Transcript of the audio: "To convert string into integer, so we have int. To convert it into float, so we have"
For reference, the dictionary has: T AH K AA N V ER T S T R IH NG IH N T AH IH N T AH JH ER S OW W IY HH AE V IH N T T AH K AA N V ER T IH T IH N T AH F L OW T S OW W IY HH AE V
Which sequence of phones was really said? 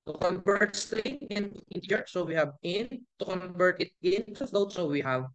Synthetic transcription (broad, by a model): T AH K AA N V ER T S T IH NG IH N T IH N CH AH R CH S OW W IY HH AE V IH N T T AH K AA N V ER T IH T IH N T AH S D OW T S OW W IY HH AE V